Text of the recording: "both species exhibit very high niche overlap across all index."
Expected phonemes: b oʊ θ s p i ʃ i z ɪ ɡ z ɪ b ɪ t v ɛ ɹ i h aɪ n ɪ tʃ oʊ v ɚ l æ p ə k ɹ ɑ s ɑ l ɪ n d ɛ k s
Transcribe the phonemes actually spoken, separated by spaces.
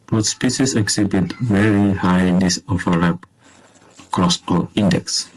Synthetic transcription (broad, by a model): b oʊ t s p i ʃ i s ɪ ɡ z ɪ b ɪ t v ɛ ɹ i h aɪ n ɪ s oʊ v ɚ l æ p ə k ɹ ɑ s ɑ l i n d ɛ k s